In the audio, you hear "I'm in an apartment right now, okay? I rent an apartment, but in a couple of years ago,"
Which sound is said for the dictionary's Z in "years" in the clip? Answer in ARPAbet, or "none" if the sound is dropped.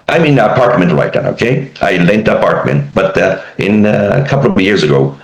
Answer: Z